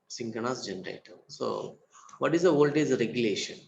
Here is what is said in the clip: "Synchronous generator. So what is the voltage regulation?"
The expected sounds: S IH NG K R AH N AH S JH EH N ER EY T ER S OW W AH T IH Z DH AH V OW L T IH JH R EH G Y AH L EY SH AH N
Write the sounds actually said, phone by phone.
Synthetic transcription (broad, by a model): S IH NG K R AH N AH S JH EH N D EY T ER S OW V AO T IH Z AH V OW L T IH Z R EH G Y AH L EY SH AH N